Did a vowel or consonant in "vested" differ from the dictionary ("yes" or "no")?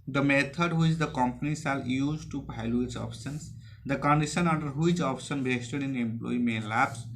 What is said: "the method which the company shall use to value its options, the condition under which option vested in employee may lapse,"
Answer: yes